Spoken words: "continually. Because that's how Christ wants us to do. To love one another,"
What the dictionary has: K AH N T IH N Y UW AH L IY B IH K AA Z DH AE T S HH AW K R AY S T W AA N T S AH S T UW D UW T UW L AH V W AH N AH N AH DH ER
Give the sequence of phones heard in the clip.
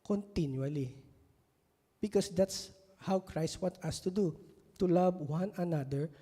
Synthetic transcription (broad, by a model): K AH N T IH N Y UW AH L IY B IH K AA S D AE T S HH AW K R AY S T W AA T AH S T UW D UW T UW L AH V W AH N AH N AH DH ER